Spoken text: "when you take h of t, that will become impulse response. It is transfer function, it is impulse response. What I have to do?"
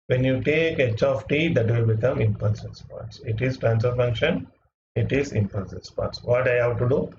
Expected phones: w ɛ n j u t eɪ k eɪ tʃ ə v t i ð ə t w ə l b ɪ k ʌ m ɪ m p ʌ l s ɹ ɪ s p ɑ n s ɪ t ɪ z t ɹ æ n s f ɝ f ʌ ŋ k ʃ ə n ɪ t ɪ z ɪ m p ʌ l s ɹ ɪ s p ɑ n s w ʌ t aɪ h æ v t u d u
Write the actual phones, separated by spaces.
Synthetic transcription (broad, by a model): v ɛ n j u t eɪ k eɪ tʃ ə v t i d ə t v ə l b ɪ k ʌ m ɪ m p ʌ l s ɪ s p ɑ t s ɪ t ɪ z t ɹ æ n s ɝ f ʌ ŋ k ʃ ə n ɪ t ɪ z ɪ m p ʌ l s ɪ s p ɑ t s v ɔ t aɪ h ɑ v t u d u